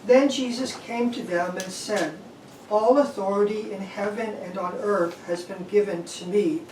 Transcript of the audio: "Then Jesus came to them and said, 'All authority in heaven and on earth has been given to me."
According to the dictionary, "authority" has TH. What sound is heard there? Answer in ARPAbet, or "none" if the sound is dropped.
TH